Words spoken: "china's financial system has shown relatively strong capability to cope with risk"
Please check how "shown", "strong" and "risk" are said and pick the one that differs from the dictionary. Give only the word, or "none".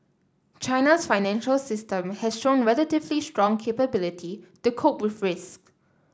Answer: none